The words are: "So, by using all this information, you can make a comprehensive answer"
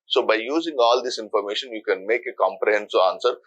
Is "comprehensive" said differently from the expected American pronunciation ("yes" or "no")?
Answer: yes